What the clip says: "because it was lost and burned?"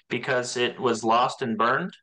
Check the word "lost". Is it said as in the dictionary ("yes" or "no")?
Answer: yes